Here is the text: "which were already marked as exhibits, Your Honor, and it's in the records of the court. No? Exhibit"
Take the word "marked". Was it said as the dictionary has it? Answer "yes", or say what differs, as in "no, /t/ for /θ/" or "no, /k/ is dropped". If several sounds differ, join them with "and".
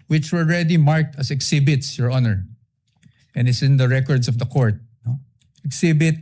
yes